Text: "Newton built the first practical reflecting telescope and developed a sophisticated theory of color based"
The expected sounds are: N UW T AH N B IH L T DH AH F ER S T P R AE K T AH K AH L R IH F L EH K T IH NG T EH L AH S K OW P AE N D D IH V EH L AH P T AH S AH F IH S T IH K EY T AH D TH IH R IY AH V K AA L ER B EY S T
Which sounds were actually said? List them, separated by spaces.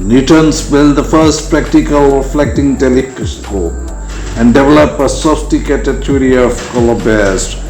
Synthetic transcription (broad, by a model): N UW T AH N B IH L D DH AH F ER S T P R AE K T AH K AH L R IH F L EH K T IH NG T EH L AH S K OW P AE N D D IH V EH L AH P AH S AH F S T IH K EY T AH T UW R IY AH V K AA L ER B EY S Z